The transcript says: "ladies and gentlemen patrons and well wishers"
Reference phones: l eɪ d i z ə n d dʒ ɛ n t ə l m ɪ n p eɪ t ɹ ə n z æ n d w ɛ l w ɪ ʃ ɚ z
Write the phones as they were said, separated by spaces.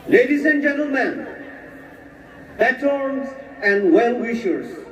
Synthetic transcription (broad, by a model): l eɪ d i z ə n dʒ ɛ n t ə l m ɪ n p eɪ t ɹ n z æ n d w ɛ l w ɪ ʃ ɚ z